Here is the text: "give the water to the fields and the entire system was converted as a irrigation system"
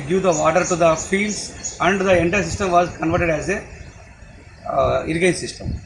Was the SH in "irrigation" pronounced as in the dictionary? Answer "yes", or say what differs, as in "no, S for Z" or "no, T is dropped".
no, SH is dropped